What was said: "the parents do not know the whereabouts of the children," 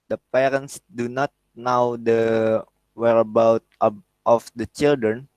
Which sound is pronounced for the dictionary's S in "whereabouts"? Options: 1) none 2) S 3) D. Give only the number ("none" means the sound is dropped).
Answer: 1